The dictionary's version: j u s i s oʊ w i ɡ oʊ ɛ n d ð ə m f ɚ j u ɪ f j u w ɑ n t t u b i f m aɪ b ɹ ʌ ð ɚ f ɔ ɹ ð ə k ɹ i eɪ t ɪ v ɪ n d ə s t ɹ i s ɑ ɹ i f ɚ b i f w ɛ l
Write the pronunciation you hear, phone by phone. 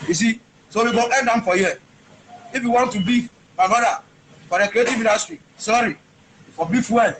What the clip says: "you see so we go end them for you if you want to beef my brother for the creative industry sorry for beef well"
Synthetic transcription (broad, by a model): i s i s oʊ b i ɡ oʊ ɛ n d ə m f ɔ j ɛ ɪ f j u w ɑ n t t u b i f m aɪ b ɑ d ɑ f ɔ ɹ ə k ɹ i eɪ t ɪ v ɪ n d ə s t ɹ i s ɑ ɹ i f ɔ b i f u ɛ